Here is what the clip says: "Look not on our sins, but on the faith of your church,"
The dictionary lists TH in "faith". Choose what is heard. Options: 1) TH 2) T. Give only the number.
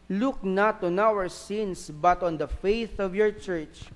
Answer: 1